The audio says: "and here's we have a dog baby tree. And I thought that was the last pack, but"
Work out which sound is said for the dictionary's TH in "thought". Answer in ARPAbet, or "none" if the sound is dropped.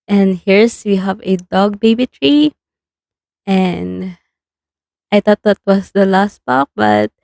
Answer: T